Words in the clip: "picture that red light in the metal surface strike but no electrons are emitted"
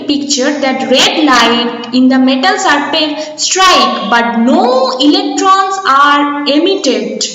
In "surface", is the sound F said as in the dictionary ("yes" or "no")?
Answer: no